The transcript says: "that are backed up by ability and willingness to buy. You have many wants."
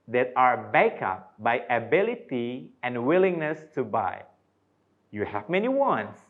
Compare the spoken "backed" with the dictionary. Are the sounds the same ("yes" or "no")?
no